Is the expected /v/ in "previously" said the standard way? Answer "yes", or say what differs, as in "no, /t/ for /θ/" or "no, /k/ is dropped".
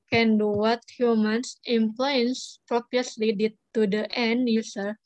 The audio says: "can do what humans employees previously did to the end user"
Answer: no, /p/ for /v/